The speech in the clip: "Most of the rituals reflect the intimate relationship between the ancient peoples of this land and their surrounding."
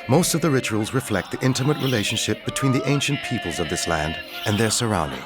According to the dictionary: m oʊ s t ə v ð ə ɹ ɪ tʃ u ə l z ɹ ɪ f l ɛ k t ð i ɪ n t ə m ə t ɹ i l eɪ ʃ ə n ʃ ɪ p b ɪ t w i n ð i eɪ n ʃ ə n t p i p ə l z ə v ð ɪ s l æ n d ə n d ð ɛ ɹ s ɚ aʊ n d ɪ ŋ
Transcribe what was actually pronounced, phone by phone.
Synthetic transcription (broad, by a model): m oʊ s t ə v ð ə ɹ ɪ tʃ u ə l z ɹ ɪ f l ɛ k t ð i ɪ n t ə m ə t ɹ i l eɪ ʃ ə n ʃ ɪ p b ɪ t w i n ð i eɪ n ʃ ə n p i p ə l z ə v ð ɪ s l æ n d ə n ð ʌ ɹ s ɚ aʊ n d ɪ ŋ